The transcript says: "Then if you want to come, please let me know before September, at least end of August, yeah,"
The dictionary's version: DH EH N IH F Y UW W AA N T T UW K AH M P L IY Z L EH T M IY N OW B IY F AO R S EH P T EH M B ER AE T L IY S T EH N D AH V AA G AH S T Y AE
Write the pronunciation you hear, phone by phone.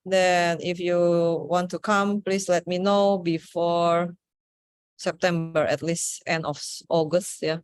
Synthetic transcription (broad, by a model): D EH N IH F Y UW W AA N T T UW K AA M P L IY S L EH T M IY N OW B IY F AO R S EH P T EH M B ER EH T L IY S T EH N D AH F AA G AH S T Y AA